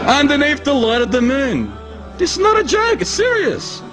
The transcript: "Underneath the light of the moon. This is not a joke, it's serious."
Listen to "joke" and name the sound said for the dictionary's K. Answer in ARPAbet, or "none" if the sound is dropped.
none